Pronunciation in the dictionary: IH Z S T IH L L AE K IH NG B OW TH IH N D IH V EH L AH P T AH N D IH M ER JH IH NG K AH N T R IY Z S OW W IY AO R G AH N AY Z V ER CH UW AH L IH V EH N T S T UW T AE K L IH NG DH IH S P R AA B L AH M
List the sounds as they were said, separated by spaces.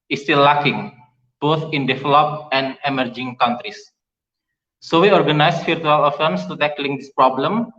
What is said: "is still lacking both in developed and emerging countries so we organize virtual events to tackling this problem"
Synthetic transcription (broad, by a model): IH S T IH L L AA K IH NG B OW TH IH N D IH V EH L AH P AH N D IH M ER JH IH NG K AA N T R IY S S OW W IY AO R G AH N AY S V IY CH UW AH L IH F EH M S T UW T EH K L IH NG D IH S P R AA B L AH M